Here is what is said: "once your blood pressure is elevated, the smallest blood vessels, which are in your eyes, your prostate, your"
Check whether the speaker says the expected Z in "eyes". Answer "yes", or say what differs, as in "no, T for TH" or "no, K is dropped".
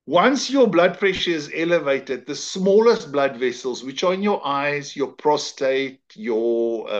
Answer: yes